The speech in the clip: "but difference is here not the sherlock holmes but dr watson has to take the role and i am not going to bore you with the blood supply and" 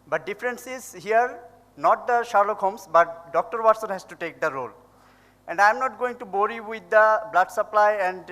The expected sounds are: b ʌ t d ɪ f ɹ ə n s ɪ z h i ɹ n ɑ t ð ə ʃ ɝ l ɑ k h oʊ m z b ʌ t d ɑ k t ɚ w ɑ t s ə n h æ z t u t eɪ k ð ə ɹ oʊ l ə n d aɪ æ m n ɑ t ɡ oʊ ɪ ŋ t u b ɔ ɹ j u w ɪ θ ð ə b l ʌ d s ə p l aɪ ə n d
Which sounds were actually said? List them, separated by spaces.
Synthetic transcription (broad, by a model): b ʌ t d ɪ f ɹ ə n s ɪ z h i ɹ n ɑ t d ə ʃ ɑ l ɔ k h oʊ m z b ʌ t d ɑ k t ɚ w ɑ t s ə n h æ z t u t eɪ k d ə ɹ oʊ l ə n d aɪ m n ɑ t ɡ oʊ ɪ ŋ t u b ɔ ɹ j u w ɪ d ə b l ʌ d s ə p l aɪ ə n d